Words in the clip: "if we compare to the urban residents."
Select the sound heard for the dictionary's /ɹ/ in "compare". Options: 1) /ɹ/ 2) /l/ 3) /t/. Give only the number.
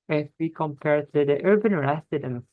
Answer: 1